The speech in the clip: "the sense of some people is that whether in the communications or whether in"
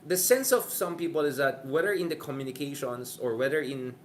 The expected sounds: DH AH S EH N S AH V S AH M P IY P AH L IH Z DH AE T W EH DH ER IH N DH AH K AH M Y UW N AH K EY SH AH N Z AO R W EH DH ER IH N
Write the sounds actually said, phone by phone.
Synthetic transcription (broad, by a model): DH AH S EH N S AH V S AH M P IY P AH L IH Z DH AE T W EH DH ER IH N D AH K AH M Y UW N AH K EY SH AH N S AO R W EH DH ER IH N